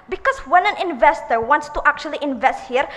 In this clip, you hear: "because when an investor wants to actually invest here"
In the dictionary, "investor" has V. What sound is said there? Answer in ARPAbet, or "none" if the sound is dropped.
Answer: V